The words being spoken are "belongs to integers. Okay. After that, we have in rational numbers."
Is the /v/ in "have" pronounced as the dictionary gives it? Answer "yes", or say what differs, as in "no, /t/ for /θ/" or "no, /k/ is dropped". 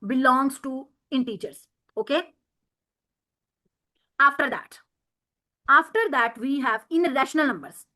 yes